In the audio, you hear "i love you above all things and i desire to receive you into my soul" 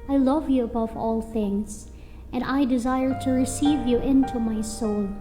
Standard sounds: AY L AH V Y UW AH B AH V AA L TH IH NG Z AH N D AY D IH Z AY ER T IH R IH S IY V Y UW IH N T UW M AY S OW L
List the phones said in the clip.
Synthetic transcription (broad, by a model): AY L AH V Y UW AH B AH V AA L TH IH NG Z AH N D AY D IH Z AY ER T IH R IH S IY V Y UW IH N T UW M AY S OW L